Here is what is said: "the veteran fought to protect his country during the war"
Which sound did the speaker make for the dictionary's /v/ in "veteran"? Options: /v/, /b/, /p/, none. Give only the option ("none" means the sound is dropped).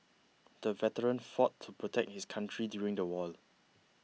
/v/